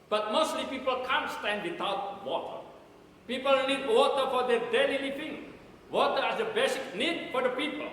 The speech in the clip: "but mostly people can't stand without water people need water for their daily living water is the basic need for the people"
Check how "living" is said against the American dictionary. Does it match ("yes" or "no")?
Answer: no